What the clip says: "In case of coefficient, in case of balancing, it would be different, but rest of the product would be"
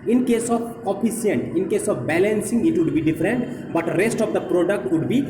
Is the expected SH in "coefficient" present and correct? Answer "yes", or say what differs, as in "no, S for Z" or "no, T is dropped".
no, SH is dropped